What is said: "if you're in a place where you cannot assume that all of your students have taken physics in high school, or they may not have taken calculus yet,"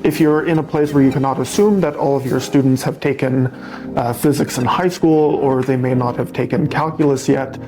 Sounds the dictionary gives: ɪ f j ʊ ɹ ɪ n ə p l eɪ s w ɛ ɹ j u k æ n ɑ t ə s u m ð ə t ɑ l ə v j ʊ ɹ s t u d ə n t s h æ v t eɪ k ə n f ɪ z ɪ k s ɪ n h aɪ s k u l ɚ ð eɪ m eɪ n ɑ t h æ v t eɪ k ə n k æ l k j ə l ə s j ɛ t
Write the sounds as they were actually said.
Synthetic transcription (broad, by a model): ɪ f j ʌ ɹ ɪ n ə p l eɪ s w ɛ ɹ j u k æ n ɑ t ə s u m ð ə t ɑ l ə v j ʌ ɹ s t u d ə n t s h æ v t eɪ k ə n f ɪ z ɪ k s ɪ n h aɪ s k u l ɚ ð eɪ m eɪ n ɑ t h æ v t eɪ k ə n k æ l k j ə l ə s j ɛ t